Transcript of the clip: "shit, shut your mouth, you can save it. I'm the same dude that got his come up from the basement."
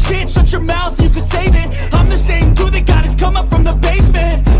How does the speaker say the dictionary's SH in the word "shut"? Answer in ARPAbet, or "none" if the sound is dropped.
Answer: S